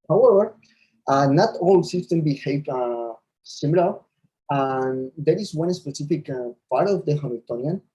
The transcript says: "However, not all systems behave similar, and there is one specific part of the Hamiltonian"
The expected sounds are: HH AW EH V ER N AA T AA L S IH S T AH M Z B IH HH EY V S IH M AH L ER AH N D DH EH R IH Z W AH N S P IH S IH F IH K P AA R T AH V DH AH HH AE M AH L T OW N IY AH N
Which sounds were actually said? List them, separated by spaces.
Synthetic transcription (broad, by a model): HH AW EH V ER N AA T AA L S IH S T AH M B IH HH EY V S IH M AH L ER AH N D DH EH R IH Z W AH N S P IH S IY F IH K P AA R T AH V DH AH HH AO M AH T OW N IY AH N